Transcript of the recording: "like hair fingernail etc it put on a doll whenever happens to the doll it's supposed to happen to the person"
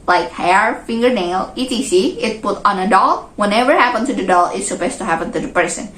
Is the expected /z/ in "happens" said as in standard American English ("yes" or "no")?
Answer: no